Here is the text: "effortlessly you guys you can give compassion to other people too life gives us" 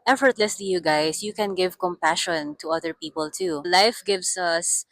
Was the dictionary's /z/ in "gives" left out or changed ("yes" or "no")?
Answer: yes